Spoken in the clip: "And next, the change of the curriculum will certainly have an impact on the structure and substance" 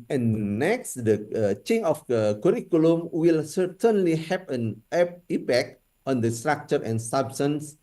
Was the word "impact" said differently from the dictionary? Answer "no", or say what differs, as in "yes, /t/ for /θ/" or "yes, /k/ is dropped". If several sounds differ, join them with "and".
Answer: yes, /m/ is dropped